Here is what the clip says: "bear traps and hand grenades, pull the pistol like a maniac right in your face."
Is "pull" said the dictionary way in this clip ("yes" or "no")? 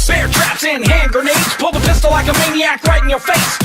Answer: yes